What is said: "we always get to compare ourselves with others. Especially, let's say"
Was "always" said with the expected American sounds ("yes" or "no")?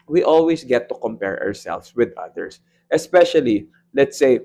no